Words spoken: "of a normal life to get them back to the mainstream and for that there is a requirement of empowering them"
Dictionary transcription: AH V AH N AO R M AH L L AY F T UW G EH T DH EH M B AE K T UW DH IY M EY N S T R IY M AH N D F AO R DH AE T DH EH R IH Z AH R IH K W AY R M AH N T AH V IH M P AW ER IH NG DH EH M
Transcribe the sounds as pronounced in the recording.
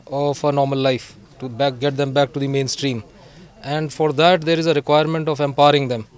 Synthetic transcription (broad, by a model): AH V AH N AO R M AH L L AY F T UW G EH T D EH M B AE K T UW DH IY M EY N S T R IY M AH N D F AO R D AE T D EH R IH Z AH R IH K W AY R M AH N T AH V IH M P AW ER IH NG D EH M